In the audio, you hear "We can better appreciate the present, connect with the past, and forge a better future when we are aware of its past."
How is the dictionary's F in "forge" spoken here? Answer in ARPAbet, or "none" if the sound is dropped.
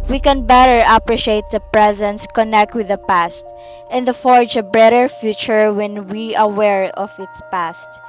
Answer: F